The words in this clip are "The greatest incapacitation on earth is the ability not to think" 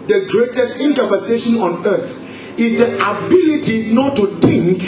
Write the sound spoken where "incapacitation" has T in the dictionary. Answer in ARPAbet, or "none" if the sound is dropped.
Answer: S